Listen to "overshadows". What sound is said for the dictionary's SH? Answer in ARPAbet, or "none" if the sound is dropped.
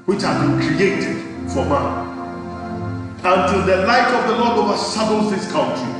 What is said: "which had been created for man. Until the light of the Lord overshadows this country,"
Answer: S